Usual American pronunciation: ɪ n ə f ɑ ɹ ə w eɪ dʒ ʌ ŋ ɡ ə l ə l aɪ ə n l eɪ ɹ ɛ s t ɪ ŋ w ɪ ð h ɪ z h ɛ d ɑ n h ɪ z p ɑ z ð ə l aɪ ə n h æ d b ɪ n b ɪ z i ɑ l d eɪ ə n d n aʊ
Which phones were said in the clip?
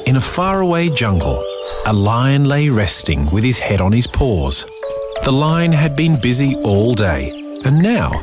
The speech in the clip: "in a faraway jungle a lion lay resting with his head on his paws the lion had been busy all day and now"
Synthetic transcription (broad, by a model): ɪ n ə f ɑ ɹ ə w eɪ dʒ ʌ ŋ ɡ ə l ə l aɪ ə n l eɪ ɹ ɛ s t ɪ ŋ w ɪ ð ɪ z h ɛ d n ɪ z p ɑ z ð ə l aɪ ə n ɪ d b ɪ n b ɪ z i ɑ l d eɪ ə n n aʊ